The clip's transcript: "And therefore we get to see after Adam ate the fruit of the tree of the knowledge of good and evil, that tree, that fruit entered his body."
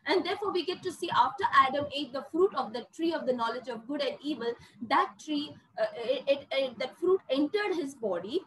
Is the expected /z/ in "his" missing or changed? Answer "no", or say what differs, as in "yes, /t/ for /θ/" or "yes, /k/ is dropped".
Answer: no